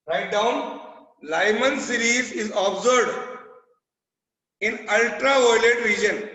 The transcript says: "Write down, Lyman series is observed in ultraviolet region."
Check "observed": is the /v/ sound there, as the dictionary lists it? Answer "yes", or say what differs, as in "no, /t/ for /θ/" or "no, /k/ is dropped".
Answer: no, /v/ is dropped